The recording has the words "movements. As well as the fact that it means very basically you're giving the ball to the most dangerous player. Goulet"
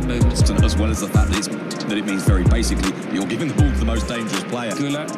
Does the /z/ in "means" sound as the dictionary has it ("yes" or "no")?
yes